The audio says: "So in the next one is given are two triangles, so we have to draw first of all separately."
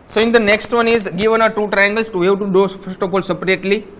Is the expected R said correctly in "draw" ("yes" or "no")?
no